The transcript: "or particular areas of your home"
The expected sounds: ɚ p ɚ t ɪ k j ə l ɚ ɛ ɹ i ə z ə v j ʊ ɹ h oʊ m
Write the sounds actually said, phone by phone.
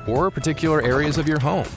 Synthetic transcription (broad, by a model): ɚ p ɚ t ɪ k j l ɚ ɛ ɹ i ə z ə v j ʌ ɹ h oʊ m